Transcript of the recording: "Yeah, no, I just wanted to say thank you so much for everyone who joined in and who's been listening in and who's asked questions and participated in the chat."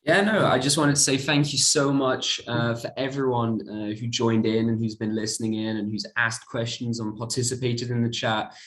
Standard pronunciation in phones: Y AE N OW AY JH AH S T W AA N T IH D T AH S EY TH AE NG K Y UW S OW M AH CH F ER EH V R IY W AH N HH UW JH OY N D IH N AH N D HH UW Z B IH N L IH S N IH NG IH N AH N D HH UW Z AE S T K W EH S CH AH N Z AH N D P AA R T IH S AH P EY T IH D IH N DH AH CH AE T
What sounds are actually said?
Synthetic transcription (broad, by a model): Y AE N OW AY JH AH S T W AA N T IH D T AH S EY TH AE NG K Y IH S OW M AH CH F ER EH V R IY W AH N HH UW JH OY N D IH N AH N HH UW Z B IH N L IH S N IH NG IH N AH N HH UW Z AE S K W EH S CH AH N Z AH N P AA R T IH S AH P EY T IH D IH N DH AH CH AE T